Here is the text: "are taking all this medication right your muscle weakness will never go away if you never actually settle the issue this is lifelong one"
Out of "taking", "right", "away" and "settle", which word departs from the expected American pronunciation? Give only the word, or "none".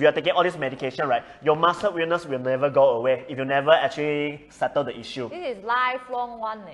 none